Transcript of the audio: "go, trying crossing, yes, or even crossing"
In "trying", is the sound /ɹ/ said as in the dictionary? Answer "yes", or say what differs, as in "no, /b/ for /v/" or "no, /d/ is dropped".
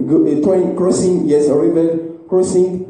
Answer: no, /ɹ/ is dropped